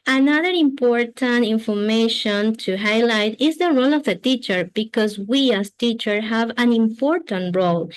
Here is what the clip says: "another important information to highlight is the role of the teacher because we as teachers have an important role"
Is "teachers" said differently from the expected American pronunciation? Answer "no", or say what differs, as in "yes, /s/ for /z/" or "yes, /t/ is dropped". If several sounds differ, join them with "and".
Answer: yes, /z/ is dropped